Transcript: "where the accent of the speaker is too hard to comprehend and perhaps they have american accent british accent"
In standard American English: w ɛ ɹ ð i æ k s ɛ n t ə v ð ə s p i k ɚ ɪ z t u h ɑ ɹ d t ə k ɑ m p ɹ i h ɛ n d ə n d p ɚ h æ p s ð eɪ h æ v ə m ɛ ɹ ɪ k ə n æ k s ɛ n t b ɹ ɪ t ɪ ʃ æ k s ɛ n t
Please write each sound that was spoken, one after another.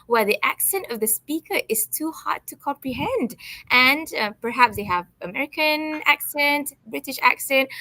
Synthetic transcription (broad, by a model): w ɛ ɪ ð i æ k s ɛ n t ə v ð ə s p i k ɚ ɪ z t u h ɑ ɹ d t ə k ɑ m p ɹ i h ɛ n d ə n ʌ p ɚ h æ p s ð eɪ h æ v ə m ɛ ɹ ɪ k ə n æ k s ɛ n t b ɹ ɪ t ɪ ʃ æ k s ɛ n t